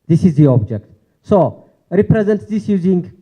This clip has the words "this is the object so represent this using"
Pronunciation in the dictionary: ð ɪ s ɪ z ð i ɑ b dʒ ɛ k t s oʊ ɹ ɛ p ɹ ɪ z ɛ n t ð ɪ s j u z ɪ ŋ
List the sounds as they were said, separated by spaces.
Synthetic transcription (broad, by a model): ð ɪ s ɪ z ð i ɑ b dʒ ɛ k t s oʊ ɹ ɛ p ɹ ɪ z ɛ n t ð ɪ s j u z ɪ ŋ